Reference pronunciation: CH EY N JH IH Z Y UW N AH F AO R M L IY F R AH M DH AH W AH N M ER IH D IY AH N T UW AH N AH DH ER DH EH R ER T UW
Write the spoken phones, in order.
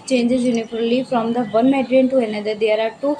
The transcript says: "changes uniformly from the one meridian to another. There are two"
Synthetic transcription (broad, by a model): CH EY N JH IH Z Y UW N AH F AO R L IY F R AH M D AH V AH N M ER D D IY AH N T UW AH N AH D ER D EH R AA T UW